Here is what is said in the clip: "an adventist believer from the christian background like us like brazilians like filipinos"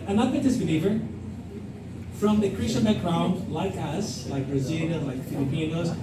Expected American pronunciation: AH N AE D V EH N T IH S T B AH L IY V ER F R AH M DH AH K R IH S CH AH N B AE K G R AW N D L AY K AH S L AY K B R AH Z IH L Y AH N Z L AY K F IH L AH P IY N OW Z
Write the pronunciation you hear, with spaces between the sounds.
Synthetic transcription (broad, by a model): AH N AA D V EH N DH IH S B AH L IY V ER F R AH M DH AH K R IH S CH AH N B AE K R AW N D L AY K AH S L AY K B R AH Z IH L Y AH L AY K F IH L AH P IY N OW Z